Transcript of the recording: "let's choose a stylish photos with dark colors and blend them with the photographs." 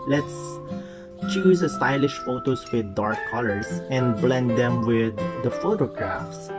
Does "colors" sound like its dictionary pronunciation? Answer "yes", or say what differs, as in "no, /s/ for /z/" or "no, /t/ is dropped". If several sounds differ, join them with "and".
no, /s/ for /z/